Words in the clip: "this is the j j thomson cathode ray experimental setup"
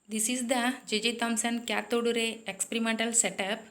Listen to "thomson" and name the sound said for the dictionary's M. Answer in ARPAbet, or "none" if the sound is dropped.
M